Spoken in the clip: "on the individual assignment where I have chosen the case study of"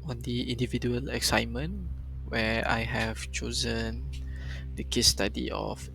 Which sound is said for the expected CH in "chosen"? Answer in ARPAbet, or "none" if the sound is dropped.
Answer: CH